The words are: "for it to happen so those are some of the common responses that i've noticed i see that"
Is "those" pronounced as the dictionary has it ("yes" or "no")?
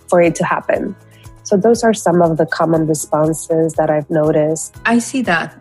yes